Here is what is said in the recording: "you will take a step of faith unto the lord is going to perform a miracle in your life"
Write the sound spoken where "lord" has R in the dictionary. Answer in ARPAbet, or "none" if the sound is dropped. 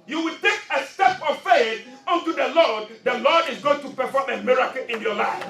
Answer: L